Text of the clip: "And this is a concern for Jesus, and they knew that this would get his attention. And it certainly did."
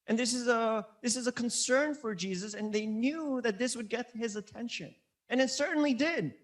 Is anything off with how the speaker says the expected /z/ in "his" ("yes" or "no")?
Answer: no